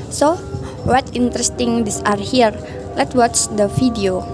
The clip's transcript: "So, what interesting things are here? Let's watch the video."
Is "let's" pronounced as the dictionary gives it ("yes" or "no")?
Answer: no